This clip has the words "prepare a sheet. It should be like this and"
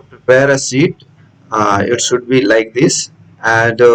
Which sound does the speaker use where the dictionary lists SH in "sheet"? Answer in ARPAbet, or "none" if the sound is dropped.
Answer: S